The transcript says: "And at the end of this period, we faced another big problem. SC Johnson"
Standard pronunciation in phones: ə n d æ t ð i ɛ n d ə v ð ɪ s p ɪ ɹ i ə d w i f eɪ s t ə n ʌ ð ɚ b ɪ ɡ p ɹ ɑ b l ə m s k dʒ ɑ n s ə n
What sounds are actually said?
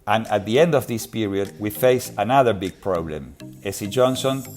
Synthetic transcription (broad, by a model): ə n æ t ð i ɛ n d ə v ð ɪ s p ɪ ɹ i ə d w i f eɪ s ə n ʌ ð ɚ b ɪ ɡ p ɹ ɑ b l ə m s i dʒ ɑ n s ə n